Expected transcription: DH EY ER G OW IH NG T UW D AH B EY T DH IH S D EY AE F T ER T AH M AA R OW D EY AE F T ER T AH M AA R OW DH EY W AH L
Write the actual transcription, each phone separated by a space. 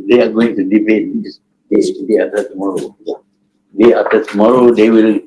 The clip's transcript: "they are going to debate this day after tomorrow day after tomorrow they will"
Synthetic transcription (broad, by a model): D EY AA G OW IH NG T UW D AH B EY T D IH D EY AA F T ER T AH M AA R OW D EY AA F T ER T AH M AA R OW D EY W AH L